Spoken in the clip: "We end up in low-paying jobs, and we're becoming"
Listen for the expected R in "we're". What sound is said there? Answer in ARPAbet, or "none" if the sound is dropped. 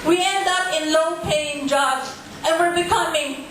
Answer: L